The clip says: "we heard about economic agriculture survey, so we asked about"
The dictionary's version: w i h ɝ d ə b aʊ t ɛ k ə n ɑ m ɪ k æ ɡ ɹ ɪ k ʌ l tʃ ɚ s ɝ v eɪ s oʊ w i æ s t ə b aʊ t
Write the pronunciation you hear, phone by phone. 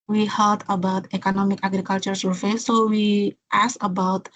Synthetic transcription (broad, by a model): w i h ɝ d ə b aʊ t ɛ k ə n ɑ m ɪ k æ ɡ ɹ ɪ k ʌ l tʃ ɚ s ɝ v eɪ s oʊ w i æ s ə b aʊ t